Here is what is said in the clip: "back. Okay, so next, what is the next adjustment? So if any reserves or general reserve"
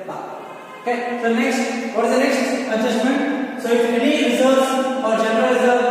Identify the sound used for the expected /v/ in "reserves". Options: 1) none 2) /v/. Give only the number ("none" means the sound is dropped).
1